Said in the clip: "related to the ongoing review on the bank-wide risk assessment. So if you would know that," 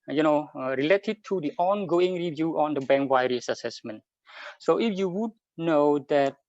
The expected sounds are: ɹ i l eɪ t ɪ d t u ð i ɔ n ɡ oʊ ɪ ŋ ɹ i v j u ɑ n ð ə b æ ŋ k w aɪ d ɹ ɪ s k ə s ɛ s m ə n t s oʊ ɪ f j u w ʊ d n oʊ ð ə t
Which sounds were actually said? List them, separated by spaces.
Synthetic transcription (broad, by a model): ɹ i l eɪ t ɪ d t u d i ɔ n ɡ oʊ ɪ ŋ ɹ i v j u ɑ n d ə b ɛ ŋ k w aɪ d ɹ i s ə s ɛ s m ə n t s oʊ ɪ f j u w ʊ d n oʊ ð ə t